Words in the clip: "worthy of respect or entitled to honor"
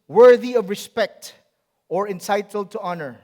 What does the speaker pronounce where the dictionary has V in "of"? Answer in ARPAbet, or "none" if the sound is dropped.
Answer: V